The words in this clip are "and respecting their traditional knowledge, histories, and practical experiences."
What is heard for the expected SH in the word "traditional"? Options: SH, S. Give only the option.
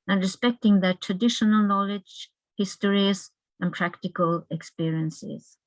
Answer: SH